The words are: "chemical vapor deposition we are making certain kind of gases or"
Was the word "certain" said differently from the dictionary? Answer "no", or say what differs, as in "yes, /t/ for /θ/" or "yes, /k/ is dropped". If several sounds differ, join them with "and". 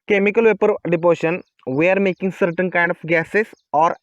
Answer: no